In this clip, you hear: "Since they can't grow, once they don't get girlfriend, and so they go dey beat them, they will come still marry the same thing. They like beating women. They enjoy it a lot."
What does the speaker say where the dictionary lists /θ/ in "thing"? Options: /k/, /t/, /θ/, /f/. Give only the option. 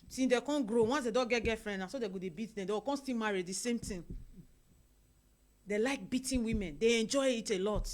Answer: /t/